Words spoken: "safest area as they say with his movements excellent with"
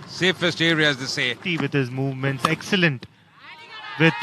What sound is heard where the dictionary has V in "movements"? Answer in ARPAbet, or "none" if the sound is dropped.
V